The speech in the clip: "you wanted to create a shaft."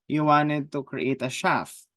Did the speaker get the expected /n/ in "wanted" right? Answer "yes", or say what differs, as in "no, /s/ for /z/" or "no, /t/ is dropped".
yes